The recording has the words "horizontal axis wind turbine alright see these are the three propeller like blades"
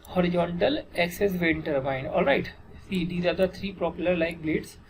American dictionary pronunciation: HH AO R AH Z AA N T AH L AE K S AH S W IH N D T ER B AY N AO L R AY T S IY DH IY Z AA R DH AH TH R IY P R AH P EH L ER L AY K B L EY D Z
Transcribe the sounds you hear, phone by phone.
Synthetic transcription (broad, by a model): HH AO R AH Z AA N T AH L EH K S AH S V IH N T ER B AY N AO L R AY T S IY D IY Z AA R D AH T R IY P R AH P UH L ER L AY K B L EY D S